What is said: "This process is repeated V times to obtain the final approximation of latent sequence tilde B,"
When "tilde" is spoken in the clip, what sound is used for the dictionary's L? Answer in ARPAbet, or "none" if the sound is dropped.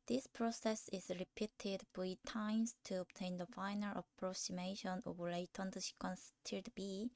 none